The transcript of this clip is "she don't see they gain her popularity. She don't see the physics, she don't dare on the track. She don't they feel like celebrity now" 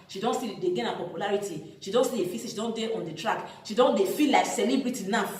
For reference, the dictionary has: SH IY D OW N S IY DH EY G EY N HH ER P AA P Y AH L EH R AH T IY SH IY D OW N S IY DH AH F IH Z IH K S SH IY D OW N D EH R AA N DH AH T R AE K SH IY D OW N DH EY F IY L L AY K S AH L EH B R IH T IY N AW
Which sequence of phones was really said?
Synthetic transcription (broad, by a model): SH IY D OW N S IY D EY G EY N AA P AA P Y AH L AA R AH T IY SH IY D OW N S IY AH F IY S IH SH IY D OW N D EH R AA N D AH T R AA K SH IY D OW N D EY F IY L L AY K S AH L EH B R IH T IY N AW